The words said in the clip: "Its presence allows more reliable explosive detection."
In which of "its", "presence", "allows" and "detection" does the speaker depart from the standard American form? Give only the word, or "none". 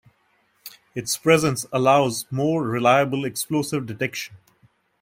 none